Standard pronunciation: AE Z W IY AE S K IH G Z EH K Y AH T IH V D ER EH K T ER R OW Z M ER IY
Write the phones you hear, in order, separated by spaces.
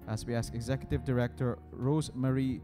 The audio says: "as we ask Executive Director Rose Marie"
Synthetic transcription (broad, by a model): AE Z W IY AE S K IH G Z EH K Y AH T IH V D ER EH K T ER R OW Z M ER IY